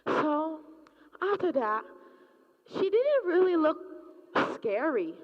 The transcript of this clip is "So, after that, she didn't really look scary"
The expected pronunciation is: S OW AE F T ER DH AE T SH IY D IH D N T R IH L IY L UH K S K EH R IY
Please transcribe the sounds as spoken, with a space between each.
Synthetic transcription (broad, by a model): S OW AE T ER DH AE T SH IY D IH D N T R IH L IY L UH K S K EH R IY